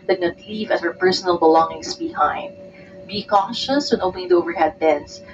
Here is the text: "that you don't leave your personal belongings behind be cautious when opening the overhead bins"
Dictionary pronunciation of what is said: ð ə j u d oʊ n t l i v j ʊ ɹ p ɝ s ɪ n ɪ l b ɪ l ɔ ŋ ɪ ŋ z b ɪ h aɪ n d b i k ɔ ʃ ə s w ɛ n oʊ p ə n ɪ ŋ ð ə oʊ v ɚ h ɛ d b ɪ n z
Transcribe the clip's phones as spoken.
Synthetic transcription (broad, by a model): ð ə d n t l i v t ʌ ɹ p ɝ s ɪ n ɪ l b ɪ l ɔ ŋ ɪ ŋ s b ɪ h aɪ n d b i k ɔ ʃ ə s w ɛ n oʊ ə l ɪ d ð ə oʊ v ɚ h ɛ d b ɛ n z